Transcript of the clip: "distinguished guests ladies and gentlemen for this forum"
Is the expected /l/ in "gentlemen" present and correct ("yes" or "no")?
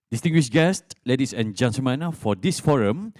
no